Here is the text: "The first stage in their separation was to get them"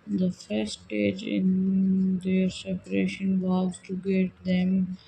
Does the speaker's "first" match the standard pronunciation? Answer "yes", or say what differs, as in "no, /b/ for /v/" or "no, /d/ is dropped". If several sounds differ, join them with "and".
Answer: no, /s/ is dropped